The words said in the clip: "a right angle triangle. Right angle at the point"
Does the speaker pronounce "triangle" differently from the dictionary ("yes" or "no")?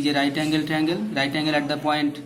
yes